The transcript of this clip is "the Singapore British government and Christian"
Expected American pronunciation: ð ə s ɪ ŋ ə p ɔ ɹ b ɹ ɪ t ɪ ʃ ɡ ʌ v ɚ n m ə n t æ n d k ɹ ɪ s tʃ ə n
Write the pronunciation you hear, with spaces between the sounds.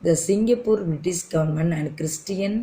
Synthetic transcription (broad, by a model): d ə s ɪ ŋ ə p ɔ ɹ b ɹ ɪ t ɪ s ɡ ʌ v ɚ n m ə n æ n d k ɹ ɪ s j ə n